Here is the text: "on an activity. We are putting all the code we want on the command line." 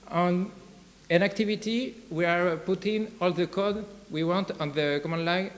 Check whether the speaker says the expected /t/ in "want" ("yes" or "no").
yes